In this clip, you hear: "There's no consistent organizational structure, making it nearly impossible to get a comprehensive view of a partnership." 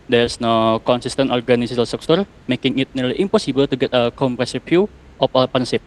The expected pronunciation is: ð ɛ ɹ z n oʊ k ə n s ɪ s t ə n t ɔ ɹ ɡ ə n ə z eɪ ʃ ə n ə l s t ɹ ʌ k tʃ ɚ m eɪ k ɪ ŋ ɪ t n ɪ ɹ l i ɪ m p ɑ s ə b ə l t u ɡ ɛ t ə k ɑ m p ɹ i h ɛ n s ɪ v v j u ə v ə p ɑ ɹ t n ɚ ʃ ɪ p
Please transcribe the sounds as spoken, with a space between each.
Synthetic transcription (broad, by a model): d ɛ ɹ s n oʊ k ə n s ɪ s t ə n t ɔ ɹ ɡ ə n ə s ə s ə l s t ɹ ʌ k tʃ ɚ m eɪ k ɪ ŋ ɪ t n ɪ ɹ l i ɪ m p ɑ s ə b ə l t u ɡ ɛ t ə k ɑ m p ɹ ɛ s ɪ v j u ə f ə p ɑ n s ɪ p